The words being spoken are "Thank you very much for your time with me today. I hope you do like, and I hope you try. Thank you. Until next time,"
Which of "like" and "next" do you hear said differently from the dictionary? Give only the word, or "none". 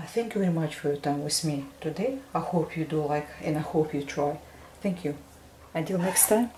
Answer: none